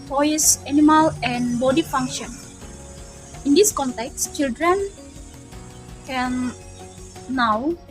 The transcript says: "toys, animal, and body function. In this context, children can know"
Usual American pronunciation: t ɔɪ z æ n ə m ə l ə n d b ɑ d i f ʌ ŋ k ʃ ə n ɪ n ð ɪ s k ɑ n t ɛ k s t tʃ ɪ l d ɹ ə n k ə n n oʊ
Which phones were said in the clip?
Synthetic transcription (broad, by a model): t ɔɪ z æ n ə m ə l ə n d b ɑ d i f ʌ ŋ k ʃ ə n ɪ n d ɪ s k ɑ n t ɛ k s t tʃ ɪ l d ɹ ə n k ə n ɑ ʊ